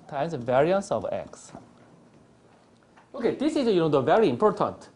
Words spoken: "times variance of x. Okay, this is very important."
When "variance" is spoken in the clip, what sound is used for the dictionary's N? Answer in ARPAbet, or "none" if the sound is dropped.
N